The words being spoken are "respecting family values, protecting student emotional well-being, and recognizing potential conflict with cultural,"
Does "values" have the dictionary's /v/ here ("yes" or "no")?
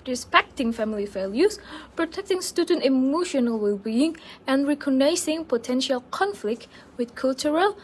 no